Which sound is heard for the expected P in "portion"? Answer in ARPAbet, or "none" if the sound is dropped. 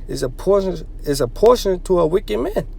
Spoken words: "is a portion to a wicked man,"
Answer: P